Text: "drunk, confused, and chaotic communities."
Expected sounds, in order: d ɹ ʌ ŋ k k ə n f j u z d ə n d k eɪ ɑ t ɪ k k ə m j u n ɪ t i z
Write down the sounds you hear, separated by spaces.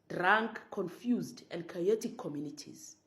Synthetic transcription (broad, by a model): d ɹ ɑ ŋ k k ə n f j u z d ə n d k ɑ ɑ t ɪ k k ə m j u n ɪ t i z